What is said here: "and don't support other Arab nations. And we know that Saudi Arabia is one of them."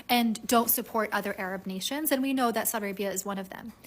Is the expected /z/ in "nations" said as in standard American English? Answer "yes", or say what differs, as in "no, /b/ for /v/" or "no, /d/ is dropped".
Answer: yes